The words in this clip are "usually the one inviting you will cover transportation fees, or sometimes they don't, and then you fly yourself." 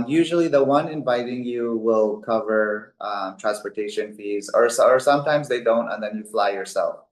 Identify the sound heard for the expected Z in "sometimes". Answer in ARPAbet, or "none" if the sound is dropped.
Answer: Z